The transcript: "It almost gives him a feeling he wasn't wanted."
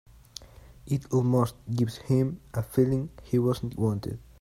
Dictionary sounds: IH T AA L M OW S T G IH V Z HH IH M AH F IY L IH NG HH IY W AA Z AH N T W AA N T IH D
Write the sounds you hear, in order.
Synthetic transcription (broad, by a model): IH T AA L M OW S T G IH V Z HH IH M AH F IY L IH NG HH IY W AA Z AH N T W AA N T IH D